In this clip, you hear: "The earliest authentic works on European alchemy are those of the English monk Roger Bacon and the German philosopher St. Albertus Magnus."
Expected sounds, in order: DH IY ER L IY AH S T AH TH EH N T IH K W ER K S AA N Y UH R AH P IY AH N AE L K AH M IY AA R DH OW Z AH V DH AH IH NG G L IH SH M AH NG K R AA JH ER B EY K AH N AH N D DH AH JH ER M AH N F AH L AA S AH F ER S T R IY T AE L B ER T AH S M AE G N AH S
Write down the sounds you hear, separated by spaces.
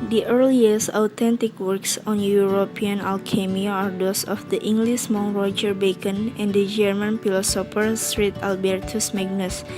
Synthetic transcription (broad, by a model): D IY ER L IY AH S AH T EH N T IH K W ER K S AA N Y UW R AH P IY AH N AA L K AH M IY AA R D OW S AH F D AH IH NG G L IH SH M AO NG R AA JH ER B EY K AH N AH N D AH JH ER M AH N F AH L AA S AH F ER S T R IY T AE L B ER T AH S M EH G N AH S